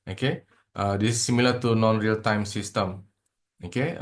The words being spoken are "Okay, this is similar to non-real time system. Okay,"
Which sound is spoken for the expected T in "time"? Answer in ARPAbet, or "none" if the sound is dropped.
T